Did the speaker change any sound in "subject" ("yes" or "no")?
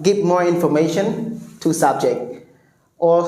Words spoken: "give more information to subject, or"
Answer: no